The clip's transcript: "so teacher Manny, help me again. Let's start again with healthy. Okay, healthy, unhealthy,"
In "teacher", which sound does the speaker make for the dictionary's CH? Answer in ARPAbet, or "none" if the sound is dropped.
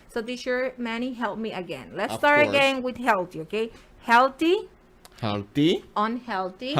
SH